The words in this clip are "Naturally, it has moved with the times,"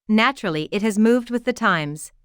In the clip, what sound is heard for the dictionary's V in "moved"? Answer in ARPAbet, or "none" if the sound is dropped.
V